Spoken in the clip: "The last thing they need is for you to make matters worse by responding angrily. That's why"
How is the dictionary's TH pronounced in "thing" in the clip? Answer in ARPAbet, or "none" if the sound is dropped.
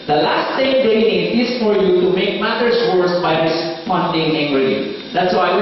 S